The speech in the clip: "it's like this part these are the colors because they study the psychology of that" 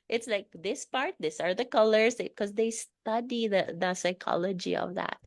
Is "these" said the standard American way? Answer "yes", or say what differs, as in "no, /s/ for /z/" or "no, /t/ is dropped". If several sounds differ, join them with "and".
no, /s/ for /z/